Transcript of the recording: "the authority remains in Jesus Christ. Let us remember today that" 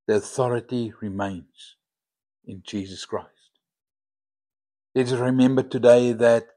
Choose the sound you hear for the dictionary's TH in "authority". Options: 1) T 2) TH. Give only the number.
2